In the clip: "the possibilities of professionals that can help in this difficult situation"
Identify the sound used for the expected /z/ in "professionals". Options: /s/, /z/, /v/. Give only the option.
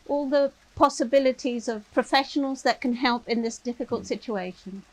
/z/